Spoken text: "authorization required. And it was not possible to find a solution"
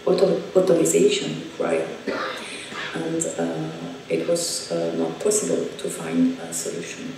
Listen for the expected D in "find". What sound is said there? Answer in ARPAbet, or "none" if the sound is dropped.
D